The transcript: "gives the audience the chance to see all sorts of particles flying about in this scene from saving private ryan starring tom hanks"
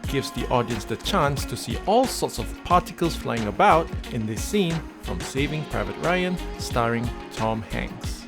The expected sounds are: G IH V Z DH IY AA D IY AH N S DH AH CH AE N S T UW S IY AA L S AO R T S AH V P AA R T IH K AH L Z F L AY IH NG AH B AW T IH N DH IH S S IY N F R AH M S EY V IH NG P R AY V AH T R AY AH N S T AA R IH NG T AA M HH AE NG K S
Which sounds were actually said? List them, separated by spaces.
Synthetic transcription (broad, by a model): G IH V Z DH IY AA D IY AH N S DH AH CH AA N S T UW S IY AA L S AO T S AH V P AA T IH K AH L S F L AY IH NG AH B AW T IH N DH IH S S IY N F R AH M S EY V IH NG P R AY V AH T R AY AH N S T AA R IH NG T AA M HH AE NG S